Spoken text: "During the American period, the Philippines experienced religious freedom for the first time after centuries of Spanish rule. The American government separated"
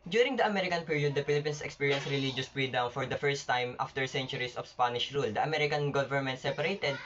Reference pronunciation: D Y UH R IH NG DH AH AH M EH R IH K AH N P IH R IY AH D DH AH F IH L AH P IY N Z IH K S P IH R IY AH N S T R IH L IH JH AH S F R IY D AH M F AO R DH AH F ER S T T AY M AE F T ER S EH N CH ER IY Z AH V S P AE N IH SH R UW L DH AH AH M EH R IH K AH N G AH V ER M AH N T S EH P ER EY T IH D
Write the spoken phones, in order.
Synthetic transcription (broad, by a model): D Y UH R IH NG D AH AH M EH R IH K AH N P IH R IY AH D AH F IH L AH P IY N S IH K S P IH R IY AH N S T R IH L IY JH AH S P R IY D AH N F AO R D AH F ER S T T AY M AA F T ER S EH N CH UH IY S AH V S P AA N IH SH R UW L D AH AH M EH R IH K AH N G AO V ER M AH N T S EH P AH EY T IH D